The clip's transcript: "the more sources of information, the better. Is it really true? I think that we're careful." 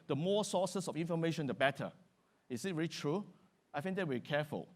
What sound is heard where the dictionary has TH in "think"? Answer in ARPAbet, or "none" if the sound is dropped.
F